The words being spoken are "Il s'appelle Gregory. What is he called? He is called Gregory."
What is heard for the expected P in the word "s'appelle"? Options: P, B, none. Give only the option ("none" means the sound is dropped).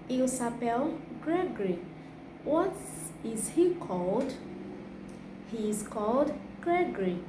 P